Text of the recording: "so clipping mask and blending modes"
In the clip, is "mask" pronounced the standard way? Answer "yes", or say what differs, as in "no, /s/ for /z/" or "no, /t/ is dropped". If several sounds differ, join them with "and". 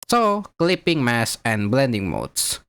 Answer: no, /k/ is dropped